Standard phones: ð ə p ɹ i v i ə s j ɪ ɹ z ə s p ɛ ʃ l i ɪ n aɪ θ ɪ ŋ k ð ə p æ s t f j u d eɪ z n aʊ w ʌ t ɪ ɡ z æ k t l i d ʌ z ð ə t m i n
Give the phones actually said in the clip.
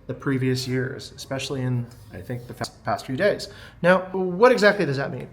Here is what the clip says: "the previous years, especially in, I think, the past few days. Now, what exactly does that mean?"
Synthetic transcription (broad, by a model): ð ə p ɹ i v i ə s j ɪ ɹ z ə s p ɛ ʃ l i ɪ n aɪ θ ɪ ŋ k ð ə p æ s t f j u d eɪ z n aʊ w ʌ t ɪ ɡ z æ k t l i d ʌ z ð ə t m i n